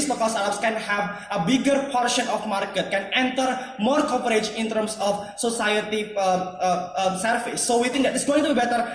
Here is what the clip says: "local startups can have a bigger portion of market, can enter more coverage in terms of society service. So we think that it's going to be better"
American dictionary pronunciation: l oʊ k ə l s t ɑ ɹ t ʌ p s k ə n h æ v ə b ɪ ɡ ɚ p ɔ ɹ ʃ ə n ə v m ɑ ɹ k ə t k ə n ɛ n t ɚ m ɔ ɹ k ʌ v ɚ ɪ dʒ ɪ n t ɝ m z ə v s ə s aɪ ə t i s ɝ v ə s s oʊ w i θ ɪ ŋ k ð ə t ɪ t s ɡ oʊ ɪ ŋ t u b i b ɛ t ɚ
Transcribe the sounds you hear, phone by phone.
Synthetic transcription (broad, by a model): l oʊ k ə l s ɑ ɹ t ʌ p s k ə n h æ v ə b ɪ ɡ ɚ p ɔ ɹ ʃ ə n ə f m ɑ ɹ k ə t k ə n ɛ n t ɚ m ɔ ɹ k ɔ p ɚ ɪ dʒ ɪ n t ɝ m s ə f s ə s aɪ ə t i s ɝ f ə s s oʊ w i t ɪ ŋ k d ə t ɪ t s ɡ oʊ ɪ ŋ t u b i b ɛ t ɚ